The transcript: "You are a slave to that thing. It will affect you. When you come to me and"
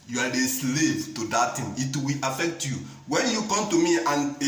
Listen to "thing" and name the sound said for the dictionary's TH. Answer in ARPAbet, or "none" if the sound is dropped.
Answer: T